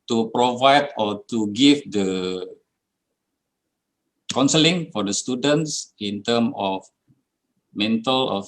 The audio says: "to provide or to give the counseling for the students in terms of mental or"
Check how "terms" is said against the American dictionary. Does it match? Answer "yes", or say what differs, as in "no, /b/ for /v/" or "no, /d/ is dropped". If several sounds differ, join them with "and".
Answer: no, /z/ is dropped